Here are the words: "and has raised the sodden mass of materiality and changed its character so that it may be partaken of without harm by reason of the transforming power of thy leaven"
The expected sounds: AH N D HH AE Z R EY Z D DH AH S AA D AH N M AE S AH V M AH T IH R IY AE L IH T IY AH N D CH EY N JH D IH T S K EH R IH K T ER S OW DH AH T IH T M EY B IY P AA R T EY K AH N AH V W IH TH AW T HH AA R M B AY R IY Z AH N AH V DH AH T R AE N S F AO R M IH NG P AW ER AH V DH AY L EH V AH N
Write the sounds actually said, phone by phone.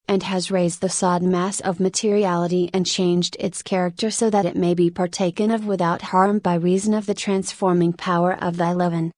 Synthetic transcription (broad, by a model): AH N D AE Z R EY Z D DH AH S AA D N M AE S AH V M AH T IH R IY AE L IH T IY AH N CH EY N JH D IH T S K EH R IH K T ER S OW DH AH T IH T M EY B IY P AA R T EY K AH N AH V W IH TH AW T HH AA R M B AY R IY Z AH N AH V DH AH T R AE N S F AO R M IH NG P AW ER AH V DH AY L EH V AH N